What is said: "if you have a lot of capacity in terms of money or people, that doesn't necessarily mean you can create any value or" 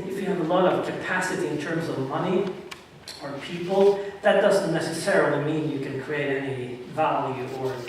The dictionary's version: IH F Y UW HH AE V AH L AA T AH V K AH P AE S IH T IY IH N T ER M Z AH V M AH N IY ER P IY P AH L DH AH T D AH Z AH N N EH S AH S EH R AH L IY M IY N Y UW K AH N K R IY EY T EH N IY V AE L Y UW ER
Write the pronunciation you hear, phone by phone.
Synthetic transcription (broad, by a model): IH F Y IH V AH L AA T AH V K AH P AE S IH T IY IH N T ER M Z AH V M AH N IY ER P IY P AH L DH AH T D AH Z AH N N EH S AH S EH R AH L IY M IY N Y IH K AH N K R IY EY T EH N IY V AE L Y UW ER